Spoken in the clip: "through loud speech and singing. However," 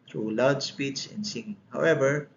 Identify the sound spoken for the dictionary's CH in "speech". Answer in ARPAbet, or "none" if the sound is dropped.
S